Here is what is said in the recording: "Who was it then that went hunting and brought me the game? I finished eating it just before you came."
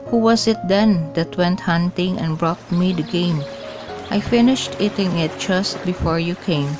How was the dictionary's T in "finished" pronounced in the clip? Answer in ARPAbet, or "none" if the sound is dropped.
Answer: T